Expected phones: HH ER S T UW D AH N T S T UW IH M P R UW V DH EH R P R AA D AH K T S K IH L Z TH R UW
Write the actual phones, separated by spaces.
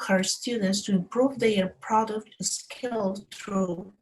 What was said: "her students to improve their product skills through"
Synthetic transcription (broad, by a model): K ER S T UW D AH N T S T UW IH M P R UW V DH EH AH P R AA D AH K T S K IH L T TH R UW